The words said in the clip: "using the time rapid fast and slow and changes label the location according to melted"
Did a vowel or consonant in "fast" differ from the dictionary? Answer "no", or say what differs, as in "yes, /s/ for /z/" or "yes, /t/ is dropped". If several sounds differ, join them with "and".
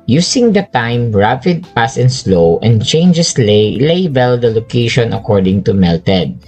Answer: yes, /p/ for /f/ and /t/ is dropped